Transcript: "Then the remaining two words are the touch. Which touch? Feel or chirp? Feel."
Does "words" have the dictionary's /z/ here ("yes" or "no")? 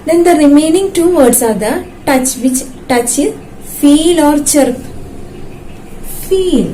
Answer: no